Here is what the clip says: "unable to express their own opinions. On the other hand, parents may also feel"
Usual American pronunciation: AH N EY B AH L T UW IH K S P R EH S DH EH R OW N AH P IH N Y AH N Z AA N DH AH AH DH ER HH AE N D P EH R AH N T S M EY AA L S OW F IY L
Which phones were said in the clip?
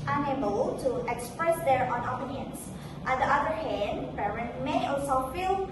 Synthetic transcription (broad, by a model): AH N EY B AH L T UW IH K S P R EH S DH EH R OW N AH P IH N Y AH N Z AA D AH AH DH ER HH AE N D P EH R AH N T M EY AA L S OW F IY L